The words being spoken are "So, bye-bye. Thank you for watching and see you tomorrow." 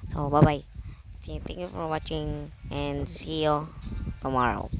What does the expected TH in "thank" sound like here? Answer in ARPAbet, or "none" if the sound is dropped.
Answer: T